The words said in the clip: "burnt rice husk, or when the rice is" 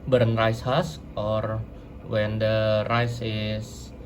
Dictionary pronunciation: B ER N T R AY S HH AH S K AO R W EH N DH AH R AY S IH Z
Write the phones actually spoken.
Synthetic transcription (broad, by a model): B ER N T R AY S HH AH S AO R W EH N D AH R AY S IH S